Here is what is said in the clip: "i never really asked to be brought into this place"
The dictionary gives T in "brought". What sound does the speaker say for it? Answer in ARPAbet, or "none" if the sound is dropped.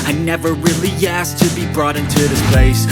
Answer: T